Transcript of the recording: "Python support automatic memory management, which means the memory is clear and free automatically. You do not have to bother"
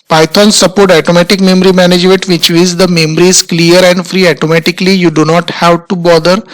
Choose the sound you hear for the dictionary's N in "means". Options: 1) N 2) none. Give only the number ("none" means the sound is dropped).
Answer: 2